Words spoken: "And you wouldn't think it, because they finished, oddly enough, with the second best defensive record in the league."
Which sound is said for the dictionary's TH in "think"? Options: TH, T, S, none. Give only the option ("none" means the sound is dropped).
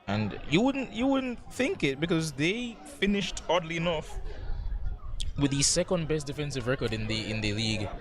TH